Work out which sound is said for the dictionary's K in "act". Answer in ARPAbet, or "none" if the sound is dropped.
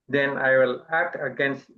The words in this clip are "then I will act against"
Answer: K